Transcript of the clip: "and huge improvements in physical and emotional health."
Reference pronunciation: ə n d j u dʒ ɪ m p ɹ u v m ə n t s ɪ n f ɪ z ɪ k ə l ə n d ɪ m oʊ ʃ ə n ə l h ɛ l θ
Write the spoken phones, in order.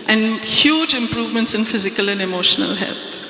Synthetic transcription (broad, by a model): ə n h j u dʒ ɪ m p ɹ u v m ə n t s ɪ n f ɪ z ɪ k ə l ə n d ɪ m oʊ ʃ ə n ə l h ɛ l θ